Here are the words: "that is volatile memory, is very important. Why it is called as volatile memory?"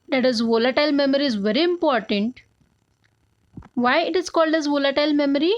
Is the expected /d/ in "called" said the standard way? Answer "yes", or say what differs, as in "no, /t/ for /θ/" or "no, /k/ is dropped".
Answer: yes